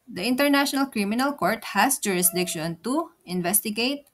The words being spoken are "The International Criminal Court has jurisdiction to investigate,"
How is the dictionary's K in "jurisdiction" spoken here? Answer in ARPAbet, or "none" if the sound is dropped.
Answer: K